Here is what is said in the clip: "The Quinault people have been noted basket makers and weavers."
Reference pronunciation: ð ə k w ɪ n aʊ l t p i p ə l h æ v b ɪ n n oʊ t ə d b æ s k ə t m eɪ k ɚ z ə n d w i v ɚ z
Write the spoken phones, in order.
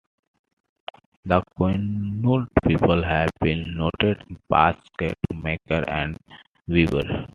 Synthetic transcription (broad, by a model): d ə k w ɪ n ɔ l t p i p ə l h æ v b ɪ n n oʊ t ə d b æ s k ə t m eɪ k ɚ ə n d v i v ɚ